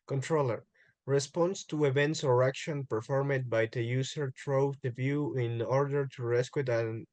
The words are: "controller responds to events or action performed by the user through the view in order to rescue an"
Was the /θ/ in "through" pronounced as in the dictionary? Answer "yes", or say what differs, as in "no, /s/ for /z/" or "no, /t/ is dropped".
no, /t/ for /θ/